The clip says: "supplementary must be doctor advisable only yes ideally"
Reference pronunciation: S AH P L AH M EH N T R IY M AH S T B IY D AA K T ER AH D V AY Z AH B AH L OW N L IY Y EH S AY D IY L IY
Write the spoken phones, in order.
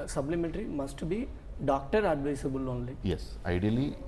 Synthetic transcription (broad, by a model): S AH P L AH M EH N T R IY M AH S T B IY D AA K T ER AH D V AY S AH B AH L OW N L IY Y EH S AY D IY L IY